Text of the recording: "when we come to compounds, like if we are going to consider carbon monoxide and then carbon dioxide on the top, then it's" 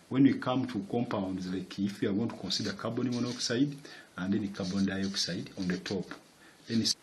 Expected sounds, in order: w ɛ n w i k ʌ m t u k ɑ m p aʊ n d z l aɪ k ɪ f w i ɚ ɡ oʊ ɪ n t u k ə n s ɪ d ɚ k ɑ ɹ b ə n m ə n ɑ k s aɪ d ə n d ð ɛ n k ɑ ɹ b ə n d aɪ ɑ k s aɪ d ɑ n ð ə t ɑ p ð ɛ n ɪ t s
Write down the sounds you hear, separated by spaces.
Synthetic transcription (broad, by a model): w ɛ n w i k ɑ m t u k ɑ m p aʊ n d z l aɪ k ɪ f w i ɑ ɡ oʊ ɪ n t u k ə n s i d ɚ k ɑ b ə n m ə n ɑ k s aɪ d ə n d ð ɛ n k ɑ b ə n d aɪ ɑ k s aɪ d ɑ n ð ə t ɑ p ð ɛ n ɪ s